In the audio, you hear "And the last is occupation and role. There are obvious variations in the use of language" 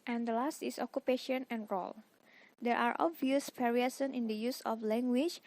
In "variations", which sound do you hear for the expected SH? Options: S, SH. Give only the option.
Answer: S